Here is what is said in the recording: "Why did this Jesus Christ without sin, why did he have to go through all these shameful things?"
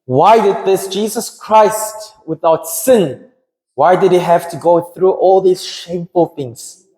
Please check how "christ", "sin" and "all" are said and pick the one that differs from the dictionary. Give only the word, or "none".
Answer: none